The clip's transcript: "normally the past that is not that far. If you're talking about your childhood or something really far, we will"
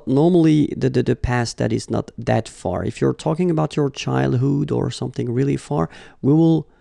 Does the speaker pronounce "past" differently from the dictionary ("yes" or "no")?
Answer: no